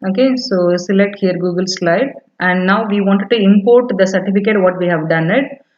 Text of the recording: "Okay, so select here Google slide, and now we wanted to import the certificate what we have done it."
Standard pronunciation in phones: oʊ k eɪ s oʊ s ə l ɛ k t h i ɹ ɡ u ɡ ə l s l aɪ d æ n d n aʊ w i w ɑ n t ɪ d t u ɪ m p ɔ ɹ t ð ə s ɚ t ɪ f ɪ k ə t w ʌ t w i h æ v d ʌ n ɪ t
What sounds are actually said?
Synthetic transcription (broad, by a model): oʊ k eɪ s oʊ s ə l ɛ k t h i ɹ ɡ u ɡ ə l s l aɪ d æ n d n aʊ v i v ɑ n t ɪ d t u ɪ m p ɔ ɹ t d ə s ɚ t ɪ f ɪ k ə t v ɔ t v i h æ v d ʌ n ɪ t